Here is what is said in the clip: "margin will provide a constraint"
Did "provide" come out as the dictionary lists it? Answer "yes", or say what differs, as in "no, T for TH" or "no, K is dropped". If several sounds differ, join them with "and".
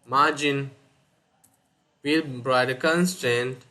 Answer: no, B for P and V is dropped